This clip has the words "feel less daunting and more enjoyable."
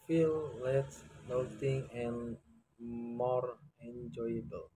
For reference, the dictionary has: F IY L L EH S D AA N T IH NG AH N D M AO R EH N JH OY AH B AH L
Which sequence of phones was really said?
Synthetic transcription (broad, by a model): F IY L L EH S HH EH L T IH NG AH N M AO R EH N JH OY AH B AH L